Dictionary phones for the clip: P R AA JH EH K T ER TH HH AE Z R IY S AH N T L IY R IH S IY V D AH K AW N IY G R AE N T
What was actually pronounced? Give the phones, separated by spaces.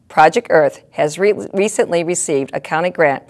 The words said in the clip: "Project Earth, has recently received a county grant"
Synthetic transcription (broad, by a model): P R AA JH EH K T ER TH HH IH Z R IY S AH N T L IY R IH S IY V D AH K AW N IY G R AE N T